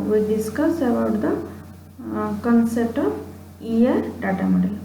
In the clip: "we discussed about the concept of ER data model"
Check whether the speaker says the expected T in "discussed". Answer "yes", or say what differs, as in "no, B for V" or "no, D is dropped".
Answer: no, T is dropped